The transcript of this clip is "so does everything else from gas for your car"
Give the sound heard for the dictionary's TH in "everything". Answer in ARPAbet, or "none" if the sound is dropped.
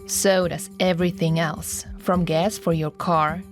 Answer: TH